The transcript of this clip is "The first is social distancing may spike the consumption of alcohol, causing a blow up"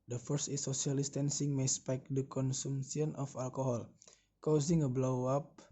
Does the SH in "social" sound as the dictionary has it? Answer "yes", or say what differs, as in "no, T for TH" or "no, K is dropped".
no, SH is dropped